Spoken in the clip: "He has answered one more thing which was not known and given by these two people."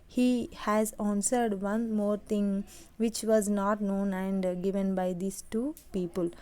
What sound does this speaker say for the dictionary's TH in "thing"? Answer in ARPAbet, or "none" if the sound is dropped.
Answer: T